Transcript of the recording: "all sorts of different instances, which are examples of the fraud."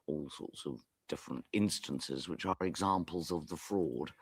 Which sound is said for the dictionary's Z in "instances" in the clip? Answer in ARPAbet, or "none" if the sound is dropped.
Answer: Z